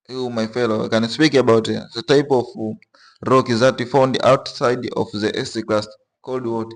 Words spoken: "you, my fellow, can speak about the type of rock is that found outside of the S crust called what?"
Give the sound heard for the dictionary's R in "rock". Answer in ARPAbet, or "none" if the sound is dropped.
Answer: R